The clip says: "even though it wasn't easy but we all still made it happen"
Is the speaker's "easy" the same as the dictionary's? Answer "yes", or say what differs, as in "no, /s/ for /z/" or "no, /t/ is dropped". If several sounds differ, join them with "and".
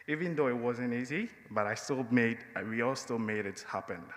yes